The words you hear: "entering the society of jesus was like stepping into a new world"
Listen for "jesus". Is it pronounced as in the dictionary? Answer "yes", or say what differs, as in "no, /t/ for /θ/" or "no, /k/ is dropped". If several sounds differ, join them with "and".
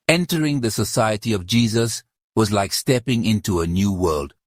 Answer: yes